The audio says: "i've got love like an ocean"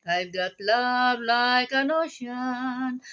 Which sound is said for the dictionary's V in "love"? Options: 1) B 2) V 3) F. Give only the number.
1